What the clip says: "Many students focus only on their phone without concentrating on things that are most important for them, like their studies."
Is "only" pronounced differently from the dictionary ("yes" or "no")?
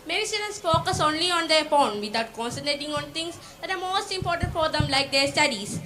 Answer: no